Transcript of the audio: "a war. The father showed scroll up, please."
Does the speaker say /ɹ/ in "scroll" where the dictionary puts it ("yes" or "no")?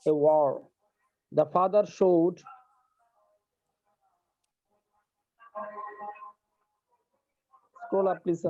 no